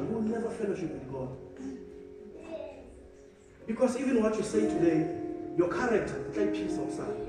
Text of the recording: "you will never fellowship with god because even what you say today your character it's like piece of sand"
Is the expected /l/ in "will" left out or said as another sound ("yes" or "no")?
yes